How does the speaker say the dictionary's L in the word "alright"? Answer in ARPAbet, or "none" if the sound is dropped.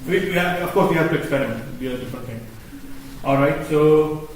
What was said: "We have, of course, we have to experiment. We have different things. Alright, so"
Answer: L